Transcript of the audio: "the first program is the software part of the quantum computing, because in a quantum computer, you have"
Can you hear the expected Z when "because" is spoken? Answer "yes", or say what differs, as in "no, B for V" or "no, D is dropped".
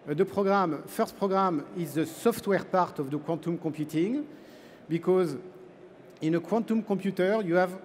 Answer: yes